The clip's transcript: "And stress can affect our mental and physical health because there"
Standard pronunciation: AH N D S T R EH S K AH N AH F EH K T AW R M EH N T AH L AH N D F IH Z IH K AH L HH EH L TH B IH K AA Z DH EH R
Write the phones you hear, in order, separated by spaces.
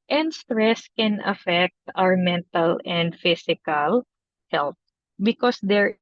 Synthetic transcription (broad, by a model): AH N D S T R EH S K AH N AH F EH K T AW R M EH N T AH L AH N D F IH S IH K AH L HH EH L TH B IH K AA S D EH R